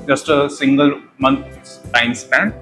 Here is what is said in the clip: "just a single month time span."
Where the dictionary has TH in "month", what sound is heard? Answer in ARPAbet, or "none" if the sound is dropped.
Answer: S